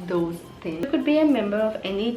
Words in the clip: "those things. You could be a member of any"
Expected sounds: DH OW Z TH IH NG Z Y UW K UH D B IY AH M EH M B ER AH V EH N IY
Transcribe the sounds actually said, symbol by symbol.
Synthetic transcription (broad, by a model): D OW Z T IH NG K UH D B IY AH M EH M B ER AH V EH N IY